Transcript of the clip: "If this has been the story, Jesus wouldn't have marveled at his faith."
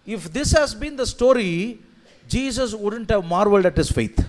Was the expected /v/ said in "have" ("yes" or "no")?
yes